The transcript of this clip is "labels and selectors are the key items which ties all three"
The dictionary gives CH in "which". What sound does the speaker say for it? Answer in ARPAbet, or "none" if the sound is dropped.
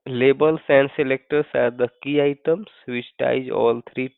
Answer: S